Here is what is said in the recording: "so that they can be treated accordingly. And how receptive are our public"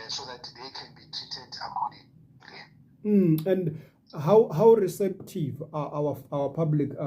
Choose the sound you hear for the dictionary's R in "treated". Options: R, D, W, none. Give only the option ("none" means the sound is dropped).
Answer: none